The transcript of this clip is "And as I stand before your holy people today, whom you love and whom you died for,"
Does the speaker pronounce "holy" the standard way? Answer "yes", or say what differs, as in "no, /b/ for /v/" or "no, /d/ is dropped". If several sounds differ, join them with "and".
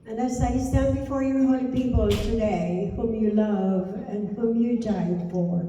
no, /l/ is dropped